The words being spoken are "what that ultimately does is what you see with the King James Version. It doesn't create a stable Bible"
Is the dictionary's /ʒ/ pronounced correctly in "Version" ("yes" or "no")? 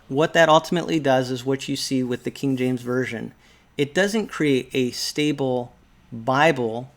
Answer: yes